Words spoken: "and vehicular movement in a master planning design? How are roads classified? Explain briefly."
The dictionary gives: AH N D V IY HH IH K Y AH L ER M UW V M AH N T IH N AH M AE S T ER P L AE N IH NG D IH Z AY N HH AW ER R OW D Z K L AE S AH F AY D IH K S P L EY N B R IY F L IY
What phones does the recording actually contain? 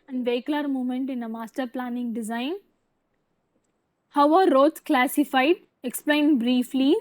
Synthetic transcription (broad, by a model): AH N V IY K L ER M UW M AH N T IH N AH M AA S T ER P L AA N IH NG D IH Z AY N HH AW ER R OW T K L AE S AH F AY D IH K S P L EY N B R IY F L IY